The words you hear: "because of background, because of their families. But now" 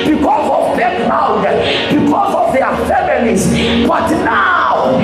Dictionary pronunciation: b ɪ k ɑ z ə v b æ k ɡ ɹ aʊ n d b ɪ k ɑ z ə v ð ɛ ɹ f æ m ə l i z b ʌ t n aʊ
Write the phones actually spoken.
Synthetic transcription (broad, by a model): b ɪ k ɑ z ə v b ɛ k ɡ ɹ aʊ d b ɪ k ɑ z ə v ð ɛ f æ m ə l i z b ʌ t n aʊ